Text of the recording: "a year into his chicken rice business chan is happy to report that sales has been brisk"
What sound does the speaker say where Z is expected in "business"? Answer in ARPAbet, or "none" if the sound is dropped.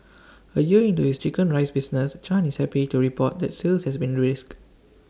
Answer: S